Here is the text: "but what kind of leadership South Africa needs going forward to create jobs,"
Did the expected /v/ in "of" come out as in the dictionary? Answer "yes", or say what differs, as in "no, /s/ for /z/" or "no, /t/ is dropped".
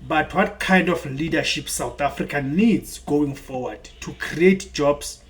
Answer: no, /f/ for /v/